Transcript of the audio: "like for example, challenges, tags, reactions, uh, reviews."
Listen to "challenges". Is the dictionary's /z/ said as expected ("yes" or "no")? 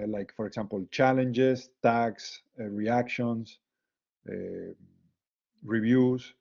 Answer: no